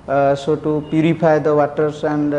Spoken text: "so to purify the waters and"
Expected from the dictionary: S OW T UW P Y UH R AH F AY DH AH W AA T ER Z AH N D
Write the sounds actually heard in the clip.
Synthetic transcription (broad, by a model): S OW T UW P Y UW R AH P AY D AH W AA T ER S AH N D